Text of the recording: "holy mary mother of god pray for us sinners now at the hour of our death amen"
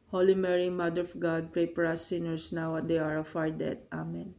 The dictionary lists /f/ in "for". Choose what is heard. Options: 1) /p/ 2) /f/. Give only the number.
1